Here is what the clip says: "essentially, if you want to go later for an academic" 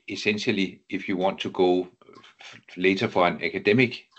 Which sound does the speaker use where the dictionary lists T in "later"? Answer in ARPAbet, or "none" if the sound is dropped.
S